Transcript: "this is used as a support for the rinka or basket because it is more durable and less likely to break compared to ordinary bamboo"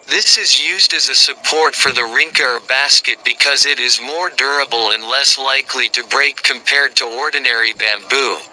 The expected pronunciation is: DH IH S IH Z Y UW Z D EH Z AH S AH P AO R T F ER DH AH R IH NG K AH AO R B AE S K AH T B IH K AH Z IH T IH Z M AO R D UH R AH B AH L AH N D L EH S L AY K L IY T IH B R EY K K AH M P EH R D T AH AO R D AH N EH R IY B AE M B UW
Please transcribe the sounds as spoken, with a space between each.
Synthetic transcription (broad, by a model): DH IH S IH Z Y UW Z D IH Z AH S AH P AO R T F ER DH AH R IH NG K AH R B AE S K AH T B IH K AH Z IH T IH Z M AO R D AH R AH B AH L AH N L EH S L AY K L IY T IH B R EY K K AH M P EH R D T AH AO R D N EH R IY B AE M B UW